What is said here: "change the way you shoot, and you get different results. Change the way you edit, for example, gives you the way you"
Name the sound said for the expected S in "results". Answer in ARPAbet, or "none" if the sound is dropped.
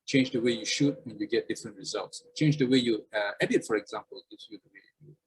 S